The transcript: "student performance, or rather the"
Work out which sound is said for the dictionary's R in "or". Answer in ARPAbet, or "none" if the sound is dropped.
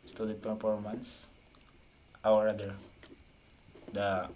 W